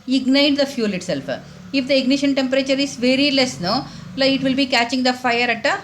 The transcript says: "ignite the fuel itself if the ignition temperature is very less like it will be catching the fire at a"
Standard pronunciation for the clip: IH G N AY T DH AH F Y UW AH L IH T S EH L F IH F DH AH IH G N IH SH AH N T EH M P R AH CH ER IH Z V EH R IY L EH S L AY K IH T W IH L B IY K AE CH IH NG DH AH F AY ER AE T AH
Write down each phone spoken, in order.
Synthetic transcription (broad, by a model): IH G N AY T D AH F Y UW L IH T S EH L F IH F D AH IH G N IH SH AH N T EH M P R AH CH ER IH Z V EH R IY L EH S N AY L IH T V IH L B IY K AE CH IH NG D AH F AY ER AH T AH